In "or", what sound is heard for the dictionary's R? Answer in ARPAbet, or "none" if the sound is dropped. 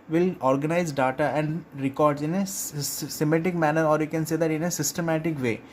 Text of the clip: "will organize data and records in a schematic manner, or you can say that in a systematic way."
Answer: R